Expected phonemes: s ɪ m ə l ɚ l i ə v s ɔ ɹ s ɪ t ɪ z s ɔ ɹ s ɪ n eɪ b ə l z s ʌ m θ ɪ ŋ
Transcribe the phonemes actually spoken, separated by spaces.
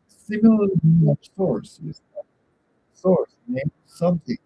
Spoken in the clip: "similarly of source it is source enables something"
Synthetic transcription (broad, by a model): s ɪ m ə l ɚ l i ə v s ɔ ɹ s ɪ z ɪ s ɔ ɹ s n eɪ ə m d s ʌ m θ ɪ ŋ